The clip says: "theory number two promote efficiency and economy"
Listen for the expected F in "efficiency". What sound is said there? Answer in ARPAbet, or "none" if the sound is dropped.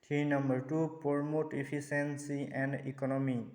P